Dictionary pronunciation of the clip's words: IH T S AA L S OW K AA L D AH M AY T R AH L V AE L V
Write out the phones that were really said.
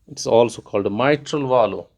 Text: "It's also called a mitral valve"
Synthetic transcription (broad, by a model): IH T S AA L S OW K AA L D M AY T R AH L V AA L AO